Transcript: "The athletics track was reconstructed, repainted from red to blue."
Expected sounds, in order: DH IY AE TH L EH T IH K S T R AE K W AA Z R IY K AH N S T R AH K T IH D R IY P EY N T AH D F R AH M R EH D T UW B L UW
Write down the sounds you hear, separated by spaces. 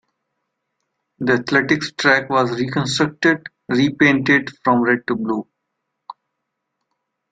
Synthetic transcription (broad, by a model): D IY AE T L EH T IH K S T R AE K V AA Z R IY K AH N S T R AH K T IH D R IY P EY N T AH D F R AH M R EH D T UW B L UW